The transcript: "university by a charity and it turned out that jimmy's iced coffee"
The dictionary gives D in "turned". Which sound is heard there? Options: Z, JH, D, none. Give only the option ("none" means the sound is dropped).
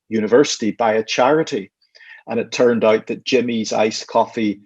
D